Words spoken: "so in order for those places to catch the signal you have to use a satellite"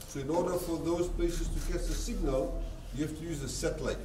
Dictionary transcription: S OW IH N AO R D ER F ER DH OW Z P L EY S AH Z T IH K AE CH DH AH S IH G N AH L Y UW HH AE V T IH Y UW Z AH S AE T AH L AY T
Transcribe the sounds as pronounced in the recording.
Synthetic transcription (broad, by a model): S OW IH N AO R D ER F ER DH OW Z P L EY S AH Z T IH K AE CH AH S IH G N AH L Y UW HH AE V T IH Y UW Z AH S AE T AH L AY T